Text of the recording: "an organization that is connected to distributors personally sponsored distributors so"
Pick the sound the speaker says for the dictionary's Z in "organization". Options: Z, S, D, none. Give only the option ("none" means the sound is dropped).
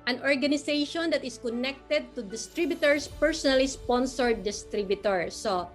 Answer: S